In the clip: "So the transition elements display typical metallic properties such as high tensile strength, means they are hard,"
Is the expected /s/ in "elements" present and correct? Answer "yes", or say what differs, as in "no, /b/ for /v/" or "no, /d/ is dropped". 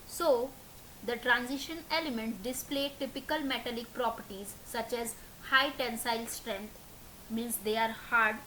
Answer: no, /s/ is dropped